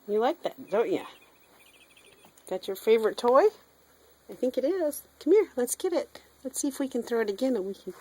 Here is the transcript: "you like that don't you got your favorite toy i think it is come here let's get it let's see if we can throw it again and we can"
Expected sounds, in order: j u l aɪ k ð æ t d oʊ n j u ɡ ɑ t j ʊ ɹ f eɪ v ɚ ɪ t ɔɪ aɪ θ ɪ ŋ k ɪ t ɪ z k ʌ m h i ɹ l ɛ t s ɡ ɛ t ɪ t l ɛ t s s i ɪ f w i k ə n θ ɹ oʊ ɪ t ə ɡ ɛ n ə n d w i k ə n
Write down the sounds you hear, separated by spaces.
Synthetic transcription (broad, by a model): j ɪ l aɪ k ð æ t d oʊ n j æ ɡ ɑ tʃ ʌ ɹ f eɪ v ɚ ɪ t ɔɪ aɪ θ ɪ ŋ k ɪ t ɪ z k ʌ m h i ɹ l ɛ t s ɡ ɛ t ɪ t l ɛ t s s i ɪ f w i k ə n θ ɹ oʊ ɪ t ə ɡ ɛ n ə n w i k n